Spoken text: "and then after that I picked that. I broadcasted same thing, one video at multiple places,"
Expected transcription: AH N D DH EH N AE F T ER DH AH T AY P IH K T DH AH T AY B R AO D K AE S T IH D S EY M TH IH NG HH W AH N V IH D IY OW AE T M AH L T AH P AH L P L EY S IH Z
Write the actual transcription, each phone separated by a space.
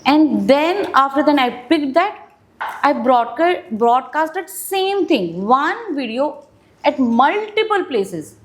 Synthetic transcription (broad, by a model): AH N D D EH N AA F T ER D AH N AY P IH K T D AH T AY B R AO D K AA S T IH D S EY M T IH NG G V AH N V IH D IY OW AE T M AH L T AH P AH L P L EY S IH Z